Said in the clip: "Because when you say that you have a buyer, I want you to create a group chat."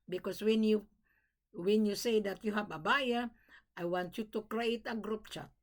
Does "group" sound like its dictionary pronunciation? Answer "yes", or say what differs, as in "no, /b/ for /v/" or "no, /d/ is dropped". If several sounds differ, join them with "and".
yes